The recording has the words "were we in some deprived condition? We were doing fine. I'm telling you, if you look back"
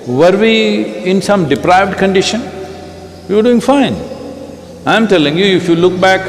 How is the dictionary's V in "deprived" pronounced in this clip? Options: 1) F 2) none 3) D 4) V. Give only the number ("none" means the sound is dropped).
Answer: 4